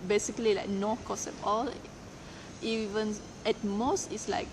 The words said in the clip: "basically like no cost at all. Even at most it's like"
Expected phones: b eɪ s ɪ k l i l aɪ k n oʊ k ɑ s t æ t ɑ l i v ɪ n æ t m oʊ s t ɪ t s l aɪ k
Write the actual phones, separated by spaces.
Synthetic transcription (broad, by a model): b eɪ s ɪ k l i l aɪ k n oʊ k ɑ s ɛ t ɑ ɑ i v ɪ n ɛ t m oʊ s t ɪ t s l aɪ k